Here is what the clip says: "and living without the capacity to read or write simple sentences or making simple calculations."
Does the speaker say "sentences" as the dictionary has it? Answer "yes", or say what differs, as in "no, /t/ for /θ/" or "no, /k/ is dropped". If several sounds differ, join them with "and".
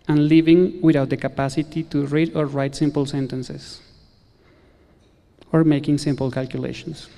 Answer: no, /s/ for /z/